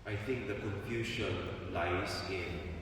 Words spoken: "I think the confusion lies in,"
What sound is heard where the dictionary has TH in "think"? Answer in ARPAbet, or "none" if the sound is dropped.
T